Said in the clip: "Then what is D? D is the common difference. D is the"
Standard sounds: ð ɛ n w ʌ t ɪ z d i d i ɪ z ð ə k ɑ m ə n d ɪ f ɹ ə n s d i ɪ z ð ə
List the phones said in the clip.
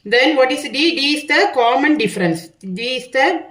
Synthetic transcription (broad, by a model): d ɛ n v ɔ t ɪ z d i d i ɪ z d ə k ɑ m ə n d ɪ f ɹ ə n s d i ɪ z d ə